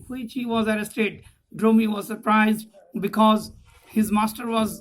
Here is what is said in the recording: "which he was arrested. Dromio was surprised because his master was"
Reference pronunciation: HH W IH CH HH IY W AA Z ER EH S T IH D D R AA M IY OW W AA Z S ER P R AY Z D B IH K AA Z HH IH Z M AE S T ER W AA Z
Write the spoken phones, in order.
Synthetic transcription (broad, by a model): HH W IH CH HH IY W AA Z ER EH S T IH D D R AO M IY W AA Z S ER P R AY Z D B IH K AA Z HH IH Z M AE S T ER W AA Z